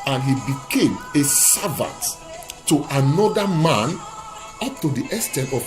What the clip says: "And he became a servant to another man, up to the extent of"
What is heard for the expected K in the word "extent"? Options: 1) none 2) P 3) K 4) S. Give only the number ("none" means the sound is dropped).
1